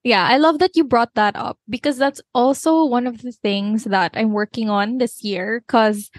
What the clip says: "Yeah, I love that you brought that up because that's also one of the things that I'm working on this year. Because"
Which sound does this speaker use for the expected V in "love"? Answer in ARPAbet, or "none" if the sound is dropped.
V